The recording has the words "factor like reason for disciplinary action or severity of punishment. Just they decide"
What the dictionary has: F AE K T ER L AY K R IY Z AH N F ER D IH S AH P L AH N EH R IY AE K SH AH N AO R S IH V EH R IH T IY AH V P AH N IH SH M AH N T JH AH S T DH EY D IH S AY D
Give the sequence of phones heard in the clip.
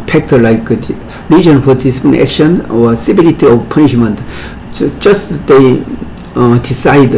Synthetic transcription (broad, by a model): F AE K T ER L AY K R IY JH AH N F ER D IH S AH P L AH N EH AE K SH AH N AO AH S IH B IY L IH T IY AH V P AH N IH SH M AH N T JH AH S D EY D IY S AY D